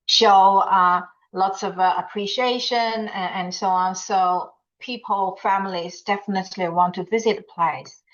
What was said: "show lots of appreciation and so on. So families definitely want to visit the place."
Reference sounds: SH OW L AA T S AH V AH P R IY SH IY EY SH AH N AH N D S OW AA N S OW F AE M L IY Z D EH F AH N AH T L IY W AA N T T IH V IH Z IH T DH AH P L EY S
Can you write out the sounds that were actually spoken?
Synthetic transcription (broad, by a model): SH OW L AA T S AH V AH P R IY SH IY EY SH AH N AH N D S OW AA N S OW F AE M L IY Z D EH F AH N AH T L IY W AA N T T IH V IH Z IH T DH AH P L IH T